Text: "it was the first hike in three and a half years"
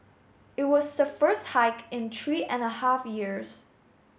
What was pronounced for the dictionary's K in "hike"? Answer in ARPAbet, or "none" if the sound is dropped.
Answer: K